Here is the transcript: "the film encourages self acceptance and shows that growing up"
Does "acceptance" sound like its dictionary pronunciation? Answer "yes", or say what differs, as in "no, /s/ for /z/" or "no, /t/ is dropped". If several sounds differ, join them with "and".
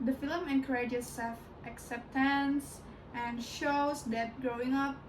yes